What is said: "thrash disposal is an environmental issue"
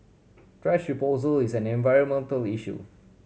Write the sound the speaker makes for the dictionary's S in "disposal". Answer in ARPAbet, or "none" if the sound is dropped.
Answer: none